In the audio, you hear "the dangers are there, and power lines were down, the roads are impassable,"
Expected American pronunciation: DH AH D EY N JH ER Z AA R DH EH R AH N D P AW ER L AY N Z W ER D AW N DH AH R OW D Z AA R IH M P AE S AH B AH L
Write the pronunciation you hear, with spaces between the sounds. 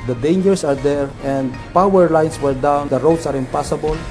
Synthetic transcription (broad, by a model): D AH D EY N JH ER S AA R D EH R AH N D P AW ER L AY N S W ER D AW N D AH R OW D S AA R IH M P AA S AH B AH L